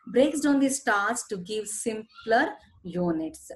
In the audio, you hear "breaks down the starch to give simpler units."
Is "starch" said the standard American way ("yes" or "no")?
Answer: no